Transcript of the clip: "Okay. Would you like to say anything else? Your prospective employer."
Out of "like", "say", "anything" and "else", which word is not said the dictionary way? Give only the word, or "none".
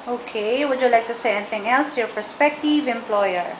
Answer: anything